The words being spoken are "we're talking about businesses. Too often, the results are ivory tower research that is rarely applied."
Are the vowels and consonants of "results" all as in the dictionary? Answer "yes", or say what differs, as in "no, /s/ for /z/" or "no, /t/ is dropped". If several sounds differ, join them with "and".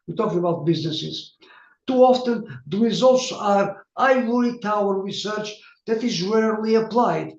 yes